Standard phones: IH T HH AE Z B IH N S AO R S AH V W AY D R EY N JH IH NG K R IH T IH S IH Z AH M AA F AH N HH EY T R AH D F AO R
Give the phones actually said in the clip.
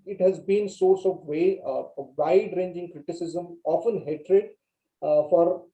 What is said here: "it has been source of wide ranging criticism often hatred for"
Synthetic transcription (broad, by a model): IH T HH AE Z B IH N S AO R S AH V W AY D R EY N JH IH NG K R IH T IH S IH Z AH M AA F AH N HH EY T R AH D F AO R